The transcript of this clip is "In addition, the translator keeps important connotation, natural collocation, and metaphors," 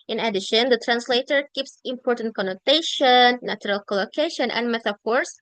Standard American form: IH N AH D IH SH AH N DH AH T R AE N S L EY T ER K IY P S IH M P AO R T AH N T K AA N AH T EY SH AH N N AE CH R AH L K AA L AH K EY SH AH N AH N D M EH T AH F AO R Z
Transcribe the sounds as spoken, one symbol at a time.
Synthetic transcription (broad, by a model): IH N AH D IH SH AH N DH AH T R AE N S L EY T ER K IY P S IH M P AO R T AH N T K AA N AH T EY SH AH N N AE CH R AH L K AA L AH K EY SH AH N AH N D M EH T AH F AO R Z